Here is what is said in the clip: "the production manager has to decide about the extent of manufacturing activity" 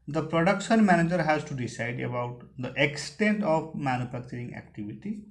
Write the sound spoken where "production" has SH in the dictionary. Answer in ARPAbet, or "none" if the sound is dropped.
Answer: SH